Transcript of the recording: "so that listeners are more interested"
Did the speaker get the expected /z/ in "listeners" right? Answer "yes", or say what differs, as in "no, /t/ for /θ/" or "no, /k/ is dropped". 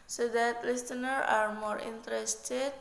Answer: no, /z/ is dropped